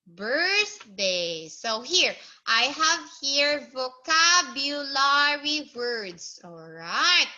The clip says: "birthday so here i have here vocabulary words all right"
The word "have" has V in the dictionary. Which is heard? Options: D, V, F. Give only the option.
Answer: V